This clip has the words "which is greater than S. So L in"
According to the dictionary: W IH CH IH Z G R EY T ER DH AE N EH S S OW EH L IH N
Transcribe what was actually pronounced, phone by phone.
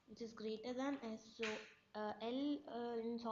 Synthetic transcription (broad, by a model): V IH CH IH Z G R EY T ER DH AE N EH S S OW EH L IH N